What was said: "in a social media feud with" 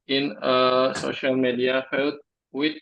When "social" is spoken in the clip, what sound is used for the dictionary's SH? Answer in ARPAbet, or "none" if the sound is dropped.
SH